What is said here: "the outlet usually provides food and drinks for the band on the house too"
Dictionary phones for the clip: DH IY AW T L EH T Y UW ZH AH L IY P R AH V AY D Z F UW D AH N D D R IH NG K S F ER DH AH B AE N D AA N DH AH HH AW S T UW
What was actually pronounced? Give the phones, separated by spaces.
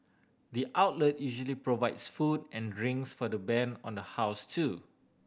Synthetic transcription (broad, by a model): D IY AW T L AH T Y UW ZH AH L IY P R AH V AY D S F UW D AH N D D R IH NG S F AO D AH B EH N AA N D AH HH AW S T UW